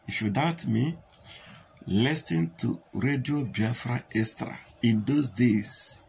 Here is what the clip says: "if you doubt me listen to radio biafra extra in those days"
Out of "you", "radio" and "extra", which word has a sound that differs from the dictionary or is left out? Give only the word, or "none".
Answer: extra